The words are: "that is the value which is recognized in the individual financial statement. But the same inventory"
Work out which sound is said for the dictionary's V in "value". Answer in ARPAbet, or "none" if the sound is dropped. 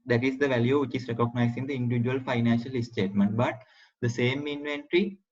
V